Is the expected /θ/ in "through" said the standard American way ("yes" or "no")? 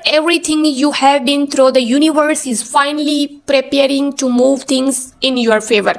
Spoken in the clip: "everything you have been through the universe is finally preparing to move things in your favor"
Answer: no